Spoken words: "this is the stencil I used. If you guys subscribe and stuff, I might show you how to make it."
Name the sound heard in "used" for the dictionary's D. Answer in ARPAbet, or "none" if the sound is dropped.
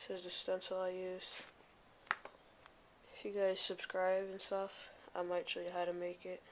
none